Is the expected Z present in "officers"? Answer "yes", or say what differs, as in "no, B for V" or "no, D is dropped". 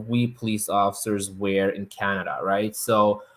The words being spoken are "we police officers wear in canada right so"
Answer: yes